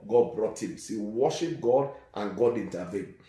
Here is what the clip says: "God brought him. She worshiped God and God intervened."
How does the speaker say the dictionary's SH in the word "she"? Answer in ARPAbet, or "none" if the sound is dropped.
S